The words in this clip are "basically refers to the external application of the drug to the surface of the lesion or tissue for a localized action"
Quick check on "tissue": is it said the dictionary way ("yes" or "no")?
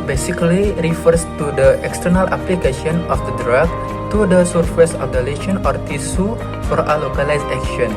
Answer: no